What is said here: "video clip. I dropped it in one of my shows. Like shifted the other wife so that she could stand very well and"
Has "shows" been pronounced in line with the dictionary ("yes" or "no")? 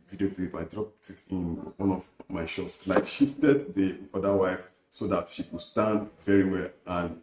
no